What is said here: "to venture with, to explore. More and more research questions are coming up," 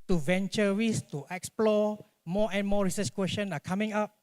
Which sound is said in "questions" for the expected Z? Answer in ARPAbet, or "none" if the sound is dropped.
none